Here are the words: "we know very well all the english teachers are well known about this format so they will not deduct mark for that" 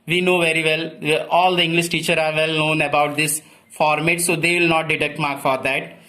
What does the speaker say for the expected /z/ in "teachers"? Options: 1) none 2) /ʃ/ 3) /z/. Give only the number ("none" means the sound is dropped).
1